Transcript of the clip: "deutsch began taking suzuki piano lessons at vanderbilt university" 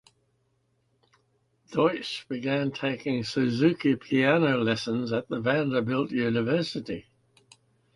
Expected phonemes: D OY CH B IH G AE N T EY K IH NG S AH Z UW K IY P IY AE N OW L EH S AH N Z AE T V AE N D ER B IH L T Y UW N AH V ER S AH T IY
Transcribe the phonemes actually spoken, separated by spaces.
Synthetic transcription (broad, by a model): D OY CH B IH G AE N T EY K IH NG S AH Z UW K IY P IY AE N OW L EH S AH N Z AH T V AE N D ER B IH L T Y UW N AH V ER S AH T IY